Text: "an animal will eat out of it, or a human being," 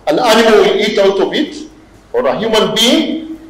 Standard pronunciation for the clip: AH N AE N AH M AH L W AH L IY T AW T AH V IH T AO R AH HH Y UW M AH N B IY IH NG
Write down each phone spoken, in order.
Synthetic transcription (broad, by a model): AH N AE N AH M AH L W AH L IY T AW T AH B IH T AO R AH HH Y UW M AH N B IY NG